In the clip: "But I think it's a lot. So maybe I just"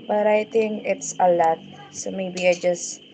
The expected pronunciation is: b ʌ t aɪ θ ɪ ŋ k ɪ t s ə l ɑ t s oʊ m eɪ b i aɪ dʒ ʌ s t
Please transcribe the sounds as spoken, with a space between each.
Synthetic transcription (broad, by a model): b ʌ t aɪ t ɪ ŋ ɪ t s ə l ɑ t s oʊ m eɪ b i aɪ dʒ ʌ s